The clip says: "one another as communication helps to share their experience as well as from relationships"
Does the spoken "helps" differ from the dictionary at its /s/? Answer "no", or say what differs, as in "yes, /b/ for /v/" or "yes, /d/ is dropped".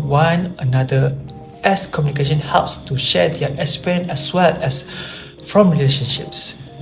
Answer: no